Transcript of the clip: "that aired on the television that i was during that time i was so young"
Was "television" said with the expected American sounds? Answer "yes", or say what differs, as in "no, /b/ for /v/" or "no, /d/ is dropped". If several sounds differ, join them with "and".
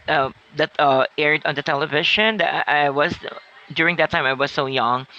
no, /ʃ/ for /ʒ/